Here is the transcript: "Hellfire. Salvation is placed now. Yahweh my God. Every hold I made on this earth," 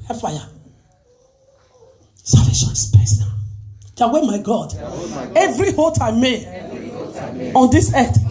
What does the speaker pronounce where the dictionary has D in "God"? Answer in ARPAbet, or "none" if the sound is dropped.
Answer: D